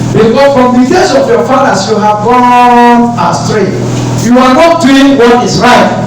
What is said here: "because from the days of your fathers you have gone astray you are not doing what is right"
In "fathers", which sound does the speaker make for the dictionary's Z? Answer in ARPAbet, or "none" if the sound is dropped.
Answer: S